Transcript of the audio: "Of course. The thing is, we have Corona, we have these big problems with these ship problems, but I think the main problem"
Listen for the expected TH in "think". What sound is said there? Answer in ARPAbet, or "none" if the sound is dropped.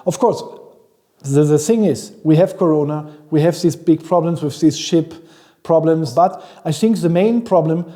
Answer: TH